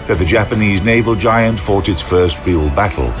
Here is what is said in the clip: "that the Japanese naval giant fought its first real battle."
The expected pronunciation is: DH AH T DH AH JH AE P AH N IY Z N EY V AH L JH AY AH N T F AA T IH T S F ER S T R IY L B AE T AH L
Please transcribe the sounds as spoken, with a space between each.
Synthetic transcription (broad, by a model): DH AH T DH AH JH AE P AH N IY Z N EY V AH L JH AY AH N T F AA T IH T S F ER S T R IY L B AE T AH L